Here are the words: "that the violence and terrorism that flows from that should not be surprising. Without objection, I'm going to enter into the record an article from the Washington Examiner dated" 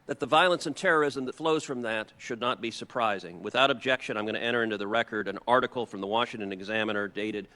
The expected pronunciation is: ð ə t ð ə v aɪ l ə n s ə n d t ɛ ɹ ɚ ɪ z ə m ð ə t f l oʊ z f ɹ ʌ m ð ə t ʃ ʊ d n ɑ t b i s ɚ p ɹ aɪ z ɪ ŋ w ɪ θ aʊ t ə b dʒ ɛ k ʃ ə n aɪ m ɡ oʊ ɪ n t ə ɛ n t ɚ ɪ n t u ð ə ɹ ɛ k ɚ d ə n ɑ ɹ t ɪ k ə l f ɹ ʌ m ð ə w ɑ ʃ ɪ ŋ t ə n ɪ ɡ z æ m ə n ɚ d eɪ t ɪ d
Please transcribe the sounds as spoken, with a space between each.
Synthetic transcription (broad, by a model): ð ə t ð ə v aɪ l ə n s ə n t ɛ ɹ ɚ ɪ z ə m ð ə t f l oʊ z f ɹ ʌ m ð ə t ʃ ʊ d n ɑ t b i s ɚ p ɹ aɪ z ɪ ŋ w ɪ θ aʊ t ə b dʒ ɛ k ʃ ə n aɪ m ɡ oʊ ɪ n t ɛ t ɚ ɪ n t u ð ə ɹ ɛ k ɚ d ə n ɑ ɹ t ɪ k l f ɹ ʌ m ð ə w ɑ ʃ ɪ ŋ t ə n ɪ ɡ z æ m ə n ɚ d eɪ t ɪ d